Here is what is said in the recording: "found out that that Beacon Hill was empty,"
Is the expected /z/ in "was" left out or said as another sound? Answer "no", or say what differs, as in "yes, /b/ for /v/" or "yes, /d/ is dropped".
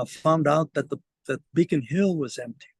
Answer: no